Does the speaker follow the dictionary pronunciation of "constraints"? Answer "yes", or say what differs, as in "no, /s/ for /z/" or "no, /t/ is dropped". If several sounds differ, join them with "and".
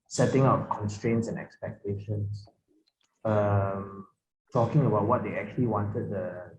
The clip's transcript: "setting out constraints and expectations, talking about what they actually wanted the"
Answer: yes